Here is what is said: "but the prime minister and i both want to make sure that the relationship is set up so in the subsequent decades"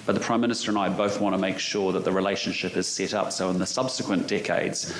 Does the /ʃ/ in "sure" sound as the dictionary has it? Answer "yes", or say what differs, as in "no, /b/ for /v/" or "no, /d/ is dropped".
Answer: yes